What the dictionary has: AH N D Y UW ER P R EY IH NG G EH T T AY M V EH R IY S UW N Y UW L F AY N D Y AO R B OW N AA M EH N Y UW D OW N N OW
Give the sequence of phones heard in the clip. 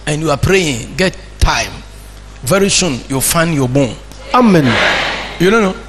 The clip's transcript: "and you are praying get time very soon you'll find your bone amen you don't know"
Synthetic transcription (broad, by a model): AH N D Y UW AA P R EY IH NG G EH T T AY M V EH R IY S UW N Y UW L F AY N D Y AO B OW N AA M EH N Y UW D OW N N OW